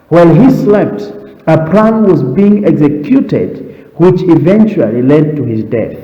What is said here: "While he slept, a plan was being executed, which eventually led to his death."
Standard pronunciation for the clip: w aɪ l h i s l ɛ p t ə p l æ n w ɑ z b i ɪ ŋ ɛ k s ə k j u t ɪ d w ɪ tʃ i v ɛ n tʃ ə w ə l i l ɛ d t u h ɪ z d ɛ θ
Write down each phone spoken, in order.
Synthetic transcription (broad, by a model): w aɪ l h i s l ɛ p t ə p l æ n w ɑ z b i ɪ ŋ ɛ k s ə k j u t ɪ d w ɪ tʃ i v ɛ n tʃ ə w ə l i l ɛ d t u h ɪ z d ɛ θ